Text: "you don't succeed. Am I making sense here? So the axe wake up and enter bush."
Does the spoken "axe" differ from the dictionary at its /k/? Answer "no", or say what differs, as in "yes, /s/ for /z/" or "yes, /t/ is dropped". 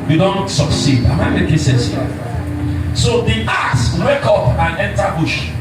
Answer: yes, /k/ is dropped